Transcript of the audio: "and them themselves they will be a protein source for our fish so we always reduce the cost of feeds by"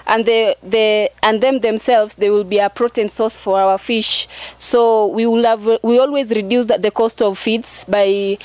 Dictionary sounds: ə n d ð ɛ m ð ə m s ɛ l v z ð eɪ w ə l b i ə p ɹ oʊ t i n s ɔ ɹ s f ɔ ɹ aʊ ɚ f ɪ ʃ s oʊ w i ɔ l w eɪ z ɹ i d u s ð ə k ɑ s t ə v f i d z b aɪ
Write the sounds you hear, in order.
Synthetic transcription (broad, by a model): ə n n ð ɛ m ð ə m s ɛ l v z ð eɪ w ə l b i ə p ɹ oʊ t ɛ n s ɔ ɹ s f ɔ ɹ aʊ ɚ f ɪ ʃ s oʊ w i ɔ l w eɪ z ɹ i d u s ð ə k ɑ s t ə v f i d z b aɪ